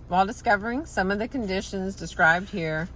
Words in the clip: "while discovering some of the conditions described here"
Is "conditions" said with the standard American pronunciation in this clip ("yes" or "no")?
yes